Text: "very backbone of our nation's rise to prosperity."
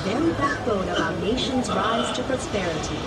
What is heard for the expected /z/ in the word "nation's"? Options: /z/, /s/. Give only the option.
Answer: /z/